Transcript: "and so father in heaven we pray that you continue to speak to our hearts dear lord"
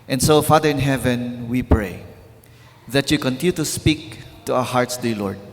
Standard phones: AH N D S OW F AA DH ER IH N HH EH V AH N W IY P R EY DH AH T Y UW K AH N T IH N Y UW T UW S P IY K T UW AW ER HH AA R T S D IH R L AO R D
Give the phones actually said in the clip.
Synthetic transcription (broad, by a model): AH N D S OW F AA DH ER IH N HH EH V AH N W IY P R EY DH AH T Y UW K AH N T IH N Y UW T UW S P IY K T UW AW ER HH AA R T S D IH L AO R D